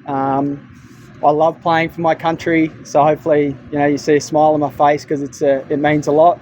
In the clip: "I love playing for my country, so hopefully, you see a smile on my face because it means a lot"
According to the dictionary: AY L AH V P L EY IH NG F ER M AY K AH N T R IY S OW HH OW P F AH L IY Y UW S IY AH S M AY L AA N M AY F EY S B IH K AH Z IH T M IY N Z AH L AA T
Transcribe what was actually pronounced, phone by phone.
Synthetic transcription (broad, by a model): AY L AH V P L EY IH NG F ER M AY K AH N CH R IY S OW HH OW P F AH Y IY Y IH S IY AH S M AY L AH N M AY F EY S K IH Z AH S IH T M IY N Z AH L AA T